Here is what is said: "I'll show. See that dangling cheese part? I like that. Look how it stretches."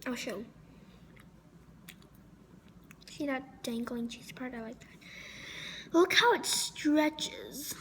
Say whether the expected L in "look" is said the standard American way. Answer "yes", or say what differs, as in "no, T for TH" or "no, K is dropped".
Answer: no, W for L